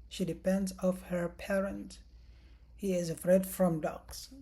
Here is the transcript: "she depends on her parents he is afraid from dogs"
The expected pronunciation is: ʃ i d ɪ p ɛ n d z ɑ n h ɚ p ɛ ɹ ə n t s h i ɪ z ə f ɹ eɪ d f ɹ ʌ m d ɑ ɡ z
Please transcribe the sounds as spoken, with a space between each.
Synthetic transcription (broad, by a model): ʃ i d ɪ p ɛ n d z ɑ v h ɚ p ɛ ɹ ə n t h i ɪ z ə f ɹ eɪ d f ɹ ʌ m d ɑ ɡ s